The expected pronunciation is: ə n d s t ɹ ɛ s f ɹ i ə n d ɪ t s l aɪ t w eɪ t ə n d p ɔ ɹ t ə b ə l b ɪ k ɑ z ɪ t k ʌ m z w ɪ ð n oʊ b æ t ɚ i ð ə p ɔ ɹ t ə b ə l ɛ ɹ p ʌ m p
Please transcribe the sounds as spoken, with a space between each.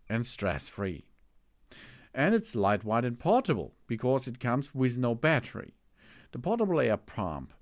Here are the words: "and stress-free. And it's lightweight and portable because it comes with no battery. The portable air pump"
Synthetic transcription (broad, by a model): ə n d s t ɹ ɛ s f ɹ i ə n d ɪ t s l aɪ t w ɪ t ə n p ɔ ɹ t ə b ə l b ɪ k ɑ z ɪ t k ʌ m z w ɪ ð n oʊ b æ t ɚ i ð ə p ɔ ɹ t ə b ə l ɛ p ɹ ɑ m p